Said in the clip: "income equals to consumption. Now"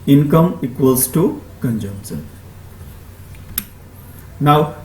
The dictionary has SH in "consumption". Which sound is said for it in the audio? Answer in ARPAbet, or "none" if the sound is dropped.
S